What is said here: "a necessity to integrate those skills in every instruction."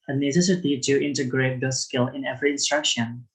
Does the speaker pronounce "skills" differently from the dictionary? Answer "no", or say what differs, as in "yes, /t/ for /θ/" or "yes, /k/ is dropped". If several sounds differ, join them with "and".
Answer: yes, /z/ is dropped